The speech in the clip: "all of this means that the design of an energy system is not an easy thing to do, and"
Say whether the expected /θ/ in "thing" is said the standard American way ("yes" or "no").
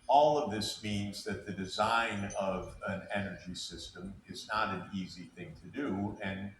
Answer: yes